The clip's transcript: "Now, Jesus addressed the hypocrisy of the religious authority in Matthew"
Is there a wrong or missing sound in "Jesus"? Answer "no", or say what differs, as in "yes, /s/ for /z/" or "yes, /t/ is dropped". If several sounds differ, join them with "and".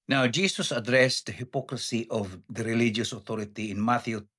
yes, /s/ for /z/